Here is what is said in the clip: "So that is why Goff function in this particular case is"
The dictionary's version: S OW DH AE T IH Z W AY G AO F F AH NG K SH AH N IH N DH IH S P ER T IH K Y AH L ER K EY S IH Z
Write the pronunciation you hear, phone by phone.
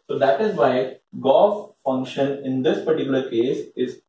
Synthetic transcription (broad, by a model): S OW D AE T IH Z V AY G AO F F AH NG K SH AH N IH N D IH S P ER T IH K Y AH L ER K EY S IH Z